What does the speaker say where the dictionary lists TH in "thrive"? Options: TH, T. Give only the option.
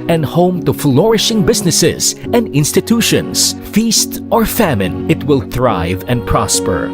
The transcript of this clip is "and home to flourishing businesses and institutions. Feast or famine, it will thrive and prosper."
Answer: TH